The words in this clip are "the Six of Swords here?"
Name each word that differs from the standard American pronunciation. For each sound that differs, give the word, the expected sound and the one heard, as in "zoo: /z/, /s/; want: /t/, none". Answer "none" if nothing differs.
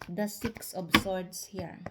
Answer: of: /v/, /b/; swords: /z/, /s/